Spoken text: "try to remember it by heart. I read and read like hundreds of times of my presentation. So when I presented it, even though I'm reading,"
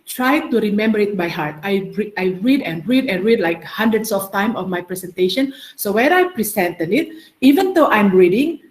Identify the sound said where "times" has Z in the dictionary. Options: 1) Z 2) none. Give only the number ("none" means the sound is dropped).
2